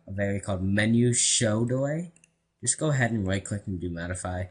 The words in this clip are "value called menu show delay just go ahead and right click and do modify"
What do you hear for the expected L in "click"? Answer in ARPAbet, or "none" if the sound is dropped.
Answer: W